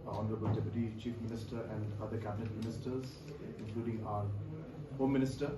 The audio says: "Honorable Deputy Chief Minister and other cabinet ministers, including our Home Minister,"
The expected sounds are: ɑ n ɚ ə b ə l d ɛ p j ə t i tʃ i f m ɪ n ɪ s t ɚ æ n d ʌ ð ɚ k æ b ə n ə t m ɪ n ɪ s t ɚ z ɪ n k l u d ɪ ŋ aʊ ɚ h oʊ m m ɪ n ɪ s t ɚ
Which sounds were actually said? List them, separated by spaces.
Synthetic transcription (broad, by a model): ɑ n ɚ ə b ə l d ɛ p j ə t i tʃ i f m ɪ n ɪ s t ɚ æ n d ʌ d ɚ k æ b ə n ə t m ɪ n ɪ s t ɚ z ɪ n k l u d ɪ ŋ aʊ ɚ h oʊ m m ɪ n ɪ s t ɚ